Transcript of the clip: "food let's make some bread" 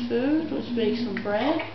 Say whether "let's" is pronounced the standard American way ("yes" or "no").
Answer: no